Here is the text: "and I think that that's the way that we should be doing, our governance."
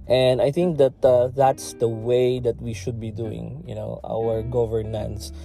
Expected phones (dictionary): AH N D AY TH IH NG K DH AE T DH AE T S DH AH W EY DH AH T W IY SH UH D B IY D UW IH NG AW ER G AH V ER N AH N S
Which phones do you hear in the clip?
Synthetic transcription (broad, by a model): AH N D AY TH IH NG K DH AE T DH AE T S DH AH W EY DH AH T W IY SH UH D B IY D UW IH NG AW ER G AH V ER N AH N S